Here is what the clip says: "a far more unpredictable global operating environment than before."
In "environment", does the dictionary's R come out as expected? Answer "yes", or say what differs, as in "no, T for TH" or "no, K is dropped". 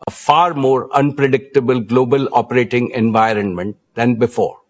yes